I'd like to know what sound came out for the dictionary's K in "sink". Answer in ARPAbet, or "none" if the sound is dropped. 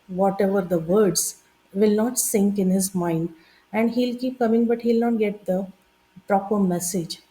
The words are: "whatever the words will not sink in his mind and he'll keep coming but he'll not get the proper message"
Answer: K